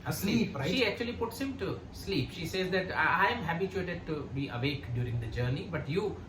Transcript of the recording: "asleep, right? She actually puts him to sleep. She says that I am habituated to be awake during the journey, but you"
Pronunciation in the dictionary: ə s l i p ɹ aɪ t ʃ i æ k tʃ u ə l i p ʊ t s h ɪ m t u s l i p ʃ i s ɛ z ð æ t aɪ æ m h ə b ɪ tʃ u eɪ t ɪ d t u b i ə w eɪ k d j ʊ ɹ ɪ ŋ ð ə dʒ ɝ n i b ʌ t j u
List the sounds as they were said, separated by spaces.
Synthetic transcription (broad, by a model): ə s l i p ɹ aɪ ʃ i æ k tʃ u ə l i p ʊ t s h ɪ m t u s l i p ʃ i s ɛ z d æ t aɪ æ m h ə b ɪ tʃ u eɪ t ɪ d t u b i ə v eɪ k d j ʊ ɹ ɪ ŋ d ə dʒ ɝ n i b ʌ t j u